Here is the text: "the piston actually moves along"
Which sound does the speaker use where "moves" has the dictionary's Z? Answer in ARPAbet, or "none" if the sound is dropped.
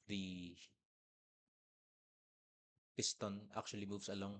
S